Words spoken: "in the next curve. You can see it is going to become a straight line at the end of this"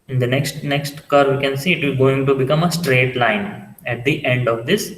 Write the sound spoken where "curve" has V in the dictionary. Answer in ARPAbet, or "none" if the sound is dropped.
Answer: V